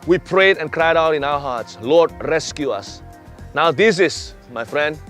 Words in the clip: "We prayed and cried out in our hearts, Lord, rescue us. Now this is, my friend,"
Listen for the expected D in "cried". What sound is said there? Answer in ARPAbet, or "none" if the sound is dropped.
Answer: D